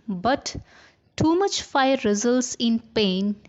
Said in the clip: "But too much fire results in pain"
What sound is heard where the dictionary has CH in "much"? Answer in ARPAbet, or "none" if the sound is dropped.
CH